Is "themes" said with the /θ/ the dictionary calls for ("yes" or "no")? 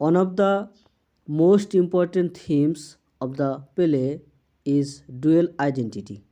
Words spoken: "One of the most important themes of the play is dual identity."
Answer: no